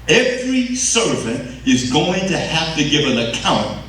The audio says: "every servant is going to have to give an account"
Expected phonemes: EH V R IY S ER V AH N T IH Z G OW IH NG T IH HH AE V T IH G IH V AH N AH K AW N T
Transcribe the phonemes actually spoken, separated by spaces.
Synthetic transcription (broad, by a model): EH V R IY S ER V AH N T IH Z G OW IH NG T IH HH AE F T IH G IH V AH N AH K AW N T